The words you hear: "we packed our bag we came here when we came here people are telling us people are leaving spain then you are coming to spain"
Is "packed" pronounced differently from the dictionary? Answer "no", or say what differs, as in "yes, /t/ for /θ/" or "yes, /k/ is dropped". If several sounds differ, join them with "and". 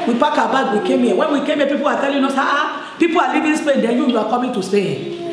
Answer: yes, /t/ is dropped